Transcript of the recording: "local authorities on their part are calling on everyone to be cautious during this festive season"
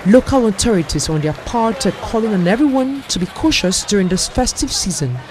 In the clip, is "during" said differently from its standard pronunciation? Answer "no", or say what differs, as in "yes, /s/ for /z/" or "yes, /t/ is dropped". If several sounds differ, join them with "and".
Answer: no